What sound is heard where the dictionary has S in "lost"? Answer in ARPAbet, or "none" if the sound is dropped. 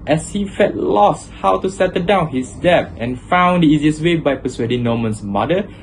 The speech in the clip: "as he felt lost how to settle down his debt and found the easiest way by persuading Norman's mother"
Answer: S